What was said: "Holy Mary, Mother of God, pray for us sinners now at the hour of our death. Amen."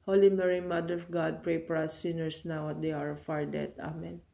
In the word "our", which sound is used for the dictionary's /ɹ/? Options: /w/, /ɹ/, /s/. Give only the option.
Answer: /ɹ/